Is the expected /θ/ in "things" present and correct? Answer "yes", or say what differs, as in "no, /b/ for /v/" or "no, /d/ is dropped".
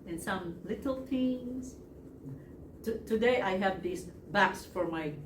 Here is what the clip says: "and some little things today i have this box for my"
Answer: no, /t/ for /θ/